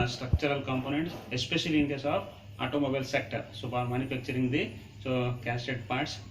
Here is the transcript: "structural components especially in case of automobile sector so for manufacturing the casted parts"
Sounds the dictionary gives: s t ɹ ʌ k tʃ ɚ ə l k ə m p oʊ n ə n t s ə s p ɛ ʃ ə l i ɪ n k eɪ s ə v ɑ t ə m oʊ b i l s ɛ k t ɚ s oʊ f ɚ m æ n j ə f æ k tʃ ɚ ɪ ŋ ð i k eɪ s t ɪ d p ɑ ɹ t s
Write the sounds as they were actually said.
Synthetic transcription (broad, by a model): s t ɹ ʌ k tʃ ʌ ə l k ə m p oʊ n ə n t s ə s p ɛ ʃ ə l i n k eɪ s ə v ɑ t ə m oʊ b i l s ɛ k t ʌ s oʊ p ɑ m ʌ n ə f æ k tʃ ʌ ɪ ŋ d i k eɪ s t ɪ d p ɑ ɹ t s